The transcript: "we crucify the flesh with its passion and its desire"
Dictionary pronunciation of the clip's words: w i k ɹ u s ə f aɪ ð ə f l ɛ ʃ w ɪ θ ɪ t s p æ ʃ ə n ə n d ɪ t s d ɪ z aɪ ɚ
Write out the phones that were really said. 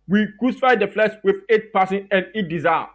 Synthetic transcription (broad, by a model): w i k ɹ u s ə f aɪ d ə f l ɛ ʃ w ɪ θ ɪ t p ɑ s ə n ə n d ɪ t d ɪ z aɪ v